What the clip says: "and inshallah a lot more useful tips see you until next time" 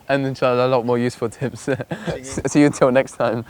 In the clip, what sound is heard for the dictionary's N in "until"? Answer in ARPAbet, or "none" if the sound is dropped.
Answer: none